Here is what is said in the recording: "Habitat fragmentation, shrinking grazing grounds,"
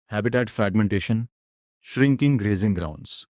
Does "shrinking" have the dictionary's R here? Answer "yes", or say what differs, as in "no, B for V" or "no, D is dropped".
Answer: yes